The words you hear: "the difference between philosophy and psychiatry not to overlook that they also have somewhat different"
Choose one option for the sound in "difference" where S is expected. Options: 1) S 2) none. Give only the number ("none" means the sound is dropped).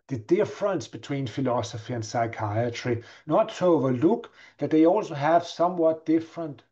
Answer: 1